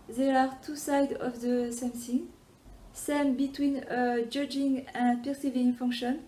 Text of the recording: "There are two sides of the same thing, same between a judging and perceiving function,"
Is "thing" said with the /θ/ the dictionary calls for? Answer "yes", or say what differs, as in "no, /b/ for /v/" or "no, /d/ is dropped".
no, /s/ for /θ/